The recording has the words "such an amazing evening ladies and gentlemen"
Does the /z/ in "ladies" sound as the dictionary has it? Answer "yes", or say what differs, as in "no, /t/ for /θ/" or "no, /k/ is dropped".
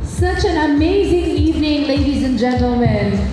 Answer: yes